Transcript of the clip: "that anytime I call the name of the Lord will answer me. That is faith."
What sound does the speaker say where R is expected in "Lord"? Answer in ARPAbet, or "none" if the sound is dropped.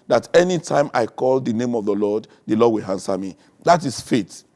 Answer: L